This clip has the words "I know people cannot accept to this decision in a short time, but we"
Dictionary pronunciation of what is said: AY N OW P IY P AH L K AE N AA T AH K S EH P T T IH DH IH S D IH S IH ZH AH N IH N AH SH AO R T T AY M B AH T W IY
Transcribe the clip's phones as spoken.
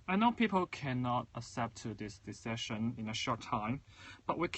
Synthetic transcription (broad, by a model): AY N OW P IY P AH L K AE N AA T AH S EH P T T IH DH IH S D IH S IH SH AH N IH N AH SH AO R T T AY M B AH T W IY